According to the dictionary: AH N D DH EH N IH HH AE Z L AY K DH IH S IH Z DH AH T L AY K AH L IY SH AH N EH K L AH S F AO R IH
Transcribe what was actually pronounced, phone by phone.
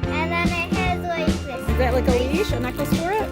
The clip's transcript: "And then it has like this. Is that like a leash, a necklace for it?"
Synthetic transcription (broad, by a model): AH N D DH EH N IH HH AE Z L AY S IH IH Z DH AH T L AY K AH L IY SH AH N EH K AH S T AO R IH